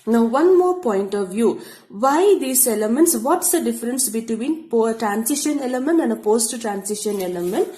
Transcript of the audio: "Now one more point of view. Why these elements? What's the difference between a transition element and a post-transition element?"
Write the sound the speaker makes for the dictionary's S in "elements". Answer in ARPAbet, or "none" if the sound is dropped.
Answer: S